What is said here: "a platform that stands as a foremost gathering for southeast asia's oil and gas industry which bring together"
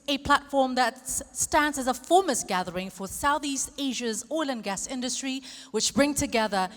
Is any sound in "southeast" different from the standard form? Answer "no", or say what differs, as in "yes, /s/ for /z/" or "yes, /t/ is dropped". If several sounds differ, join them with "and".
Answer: no